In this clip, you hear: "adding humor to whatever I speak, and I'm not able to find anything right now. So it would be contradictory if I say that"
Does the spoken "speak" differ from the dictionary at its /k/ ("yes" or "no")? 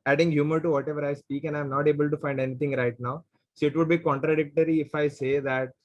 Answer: no